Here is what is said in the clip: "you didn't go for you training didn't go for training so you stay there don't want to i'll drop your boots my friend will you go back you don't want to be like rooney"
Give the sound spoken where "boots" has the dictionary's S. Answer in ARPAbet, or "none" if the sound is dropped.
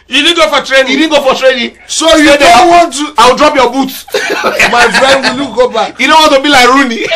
none